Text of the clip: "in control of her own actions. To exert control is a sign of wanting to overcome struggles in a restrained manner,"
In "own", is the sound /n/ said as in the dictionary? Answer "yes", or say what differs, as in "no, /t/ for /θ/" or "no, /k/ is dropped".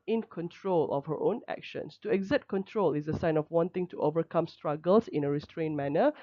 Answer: yes